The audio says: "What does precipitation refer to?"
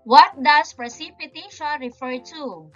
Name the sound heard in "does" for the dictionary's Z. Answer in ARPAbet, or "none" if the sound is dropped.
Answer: S